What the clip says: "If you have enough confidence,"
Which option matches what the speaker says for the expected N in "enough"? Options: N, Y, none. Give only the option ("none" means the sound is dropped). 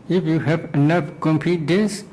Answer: N